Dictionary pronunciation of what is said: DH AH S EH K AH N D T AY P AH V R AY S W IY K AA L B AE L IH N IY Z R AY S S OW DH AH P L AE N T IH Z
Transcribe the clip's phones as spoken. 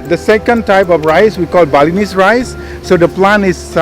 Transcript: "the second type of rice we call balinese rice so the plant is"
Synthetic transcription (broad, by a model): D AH S EH K AH N D T AY P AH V R AY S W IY K AA L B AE L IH N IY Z R AY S S OW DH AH P L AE N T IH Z